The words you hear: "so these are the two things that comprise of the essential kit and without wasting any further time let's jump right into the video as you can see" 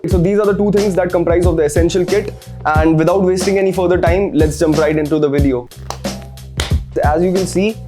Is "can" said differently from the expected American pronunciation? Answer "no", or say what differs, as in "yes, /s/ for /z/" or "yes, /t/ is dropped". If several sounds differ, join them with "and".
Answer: yes, /l/ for /n/